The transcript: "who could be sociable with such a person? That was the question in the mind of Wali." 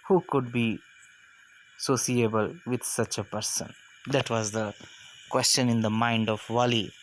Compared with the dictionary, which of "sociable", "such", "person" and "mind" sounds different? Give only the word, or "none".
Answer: sociable